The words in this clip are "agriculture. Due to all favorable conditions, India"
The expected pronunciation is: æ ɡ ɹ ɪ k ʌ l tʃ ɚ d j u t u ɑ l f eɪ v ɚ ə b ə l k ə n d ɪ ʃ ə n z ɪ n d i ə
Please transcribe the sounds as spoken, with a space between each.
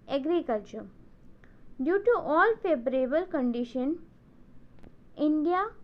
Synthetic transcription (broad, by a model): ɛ ɡ ɹ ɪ k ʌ l tʃ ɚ d j u t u ɑ l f eɪ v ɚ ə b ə l k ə n d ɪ ʃ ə n ɪ n d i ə